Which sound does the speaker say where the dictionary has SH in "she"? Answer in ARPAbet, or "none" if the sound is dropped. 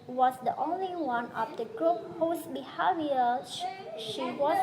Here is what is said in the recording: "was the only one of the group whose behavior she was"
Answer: SH